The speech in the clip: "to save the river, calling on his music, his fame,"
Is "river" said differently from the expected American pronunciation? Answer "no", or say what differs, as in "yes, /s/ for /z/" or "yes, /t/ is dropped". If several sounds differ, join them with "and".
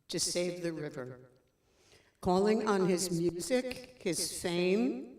no